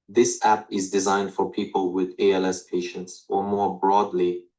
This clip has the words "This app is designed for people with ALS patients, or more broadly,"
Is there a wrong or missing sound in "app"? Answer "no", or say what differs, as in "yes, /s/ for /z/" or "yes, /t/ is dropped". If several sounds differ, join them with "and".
no